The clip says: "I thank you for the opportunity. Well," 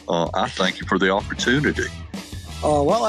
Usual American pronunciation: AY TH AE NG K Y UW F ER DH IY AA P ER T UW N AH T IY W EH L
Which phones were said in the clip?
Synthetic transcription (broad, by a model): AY TH AE NG K Y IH F ER DH IY AA P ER T UW N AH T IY W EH L